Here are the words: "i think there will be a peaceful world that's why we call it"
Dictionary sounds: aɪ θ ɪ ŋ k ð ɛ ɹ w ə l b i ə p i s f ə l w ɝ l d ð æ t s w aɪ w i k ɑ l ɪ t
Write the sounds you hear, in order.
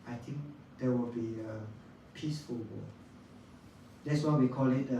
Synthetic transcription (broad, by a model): aɪ t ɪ ŋ k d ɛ w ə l b i ə p i s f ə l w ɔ d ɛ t s w aɪ w i k ɑ l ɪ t